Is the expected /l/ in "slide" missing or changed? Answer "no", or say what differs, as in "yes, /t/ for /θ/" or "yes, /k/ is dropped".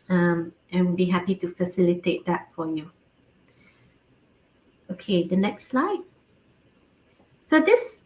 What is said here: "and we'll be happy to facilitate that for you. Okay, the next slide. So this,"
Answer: no